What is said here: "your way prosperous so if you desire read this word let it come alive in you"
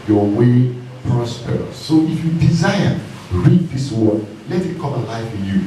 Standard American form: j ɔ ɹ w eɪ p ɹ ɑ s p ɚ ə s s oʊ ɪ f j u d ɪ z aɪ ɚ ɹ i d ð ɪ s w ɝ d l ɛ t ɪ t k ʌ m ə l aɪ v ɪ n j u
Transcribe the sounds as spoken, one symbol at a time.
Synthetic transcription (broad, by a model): j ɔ w eɪ p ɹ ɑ s p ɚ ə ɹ s oʊ ɪ f j u d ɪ z aɪ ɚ ɹ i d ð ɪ s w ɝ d l ɛ t ɪ t k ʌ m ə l aɪ f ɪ j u